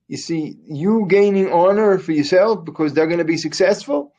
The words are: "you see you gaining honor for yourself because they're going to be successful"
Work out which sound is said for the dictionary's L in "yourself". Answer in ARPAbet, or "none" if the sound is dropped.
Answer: L